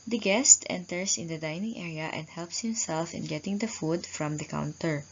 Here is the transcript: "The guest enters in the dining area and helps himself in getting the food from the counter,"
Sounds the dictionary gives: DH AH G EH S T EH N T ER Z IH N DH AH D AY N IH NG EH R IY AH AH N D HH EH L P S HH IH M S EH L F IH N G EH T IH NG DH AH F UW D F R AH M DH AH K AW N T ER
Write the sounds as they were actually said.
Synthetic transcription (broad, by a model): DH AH G EH S T EH N T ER S IH N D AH D AY N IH NG EH R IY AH AH N D HH EH L P S HH IH M S EH L F IH N G EH T IH NG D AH F UW D F R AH M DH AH K AW N T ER